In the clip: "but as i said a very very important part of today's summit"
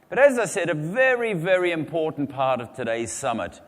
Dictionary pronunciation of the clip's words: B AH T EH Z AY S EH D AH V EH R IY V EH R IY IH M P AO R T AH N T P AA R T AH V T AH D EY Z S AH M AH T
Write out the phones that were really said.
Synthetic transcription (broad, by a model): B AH T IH Z AY S EH D AH V EH R IY V EH R IY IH M P AO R T N P AA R T AH V T AH D EY Z S AH M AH T